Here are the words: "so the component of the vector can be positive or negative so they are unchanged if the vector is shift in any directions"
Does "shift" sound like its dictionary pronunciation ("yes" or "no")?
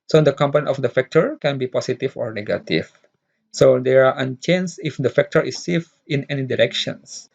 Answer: no